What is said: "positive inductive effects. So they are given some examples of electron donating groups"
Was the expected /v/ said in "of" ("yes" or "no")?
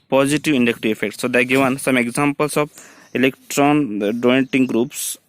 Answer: no